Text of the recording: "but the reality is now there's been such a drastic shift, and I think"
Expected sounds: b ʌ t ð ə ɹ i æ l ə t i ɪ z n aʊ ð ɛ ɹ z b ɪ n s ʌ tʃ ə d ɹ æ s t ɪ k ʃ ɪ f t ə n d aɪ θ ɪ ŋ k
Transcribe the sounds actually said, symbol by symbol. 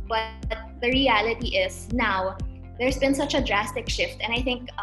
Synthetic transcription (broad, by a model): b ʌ t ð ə ɹ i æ l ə t i ɪ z n aʊ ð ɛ ɹ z b ɪ n s ʌ tʃ ə d ɹ æ s t ɪ k ʃ ɪ f t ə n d aɪ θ ɪ ŋ k